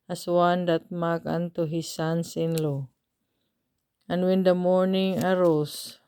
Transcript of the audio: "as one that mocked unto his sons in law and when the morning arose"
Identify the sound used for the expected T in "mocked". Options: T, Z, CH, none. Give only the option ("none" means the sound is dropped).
none